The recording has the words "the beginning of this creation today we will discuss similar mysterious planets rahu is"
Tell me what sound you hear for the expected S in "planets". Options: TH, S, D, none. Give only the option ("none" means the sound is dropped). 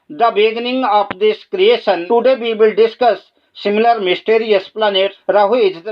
none